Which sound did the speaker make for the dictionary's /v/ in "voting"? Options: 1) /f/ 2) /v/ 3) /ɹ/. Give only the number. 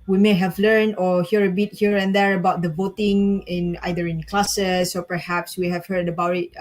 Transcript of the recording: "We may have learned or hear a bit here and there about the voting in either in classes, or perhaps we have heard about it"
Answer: 2